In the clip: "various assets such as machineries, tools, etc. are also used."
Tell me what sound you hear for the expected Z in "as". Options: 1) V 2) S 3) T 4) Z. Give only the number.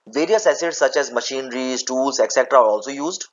4